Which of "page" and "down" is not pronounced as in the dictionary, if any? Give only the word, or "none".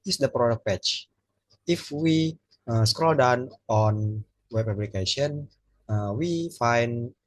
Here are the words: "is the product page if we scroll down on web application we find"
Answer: page